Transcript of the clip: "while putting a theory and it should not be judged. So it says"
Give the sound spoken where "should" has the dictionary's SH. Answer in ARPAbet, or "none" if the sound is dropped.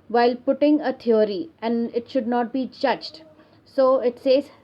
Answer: SH